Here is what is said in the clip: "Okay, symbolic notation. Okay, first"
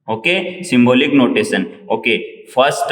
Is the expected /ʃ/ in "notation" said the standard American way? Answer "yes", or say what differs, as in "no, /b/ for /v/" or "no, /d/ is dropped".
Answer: no, /s/ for /ʃ/